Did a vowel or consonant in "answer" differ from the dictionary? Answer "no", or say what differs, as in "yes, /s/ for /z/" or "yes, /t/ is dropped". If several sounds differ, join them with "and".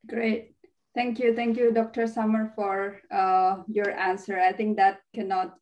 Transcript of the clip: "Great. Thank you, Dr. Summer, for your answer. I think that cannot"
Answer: no